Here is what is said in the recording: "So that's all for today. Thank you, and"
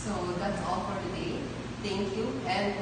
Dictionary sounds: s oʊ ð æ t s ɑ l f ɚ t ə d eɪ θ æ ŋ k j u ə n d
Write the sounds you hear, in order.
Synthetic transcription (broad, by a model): s oʊ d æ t s ɑ l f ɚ t ə d eɪ t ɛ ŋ k j u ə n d